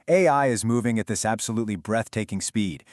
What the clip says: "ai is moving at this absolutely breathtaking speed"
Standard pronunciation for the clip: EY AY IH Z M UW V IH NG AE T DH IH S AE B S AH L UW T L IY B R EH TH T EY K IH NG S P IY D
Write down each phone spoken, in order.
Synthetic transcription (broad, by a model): EY AY IH Z M UW V IH NG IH T DH IH S AE B S AH L UW T L IY B R EH TH T EY K IH NG S P IY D